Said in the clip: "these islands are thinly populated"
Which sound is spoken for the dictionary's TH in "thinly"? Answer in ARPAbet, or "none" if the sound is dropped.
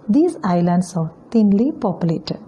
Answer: T